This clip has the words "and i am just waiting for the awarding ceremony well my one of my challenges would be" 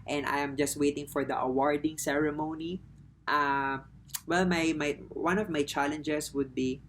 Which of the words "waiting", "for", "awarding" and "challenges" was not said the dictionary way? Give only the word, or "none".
challenges